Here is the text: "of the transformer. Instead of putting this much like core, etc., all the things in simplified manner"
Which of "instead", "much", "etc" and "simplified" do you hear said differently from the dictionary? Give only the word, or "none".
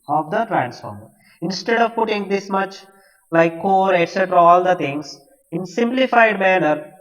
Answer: none